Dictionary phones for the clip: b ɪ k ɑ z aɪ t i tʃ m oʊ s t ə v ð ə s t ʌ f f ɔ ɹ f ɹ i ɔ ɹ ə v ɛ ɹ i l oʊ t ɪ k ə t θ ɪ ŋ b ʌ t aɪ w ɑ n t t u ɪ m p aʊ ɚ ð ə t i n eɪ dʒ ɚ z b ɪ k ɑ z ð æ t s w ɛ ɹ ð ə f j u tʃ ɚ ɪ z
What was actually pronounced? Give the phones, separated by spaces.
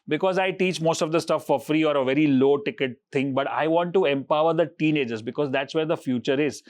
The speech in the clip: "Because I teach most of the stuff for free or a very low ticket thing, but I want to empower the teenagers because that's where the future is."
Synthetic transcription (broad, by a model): b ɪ k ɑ z aɪ t i tʃ m oʊ s t ə v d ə s t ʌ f f ɔ ɹ f ɹ i ɔ ɹ ə v ɛ ɹ i l oʊ t ɪ k ə t t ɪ ŋ b ʌ t aɪ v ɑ n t t u ɪ m p aʊ ɚ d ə t i n eɪ dʒ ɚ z b ɪ k ɑ z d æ t s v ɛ ɹ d ə f j u tʃ ɚ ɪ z